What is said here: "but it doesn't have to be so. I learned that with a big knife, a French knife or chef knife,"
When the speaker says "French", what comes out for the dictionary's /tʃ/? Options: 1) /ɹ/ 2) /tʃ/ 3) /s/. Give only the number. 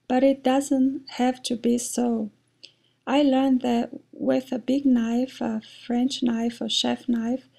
2